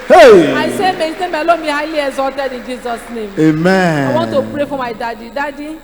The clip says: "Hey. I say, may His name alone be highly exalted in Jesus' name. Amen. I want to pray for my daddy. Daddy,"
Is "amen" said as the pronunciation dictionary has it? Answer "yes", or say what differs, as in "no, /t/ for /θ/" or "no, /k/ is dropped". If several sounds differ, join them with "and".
no, /n/ is dropped